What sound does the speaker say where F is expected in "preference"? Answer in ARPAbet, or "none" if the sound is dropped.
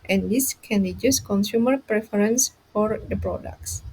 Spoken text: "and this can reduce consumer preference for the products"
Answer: F